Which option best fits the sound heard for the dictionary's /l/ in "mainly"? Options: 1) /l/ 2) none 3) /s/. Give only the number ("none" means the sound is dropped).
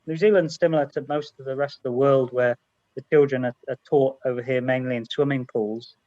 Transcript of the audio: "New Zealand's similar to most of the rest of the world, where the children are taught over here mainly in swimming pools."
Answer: 1